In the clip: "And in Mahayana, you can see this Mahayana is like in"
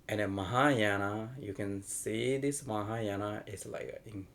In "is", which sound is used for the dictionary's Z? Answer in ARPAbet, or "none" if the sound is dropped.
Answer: S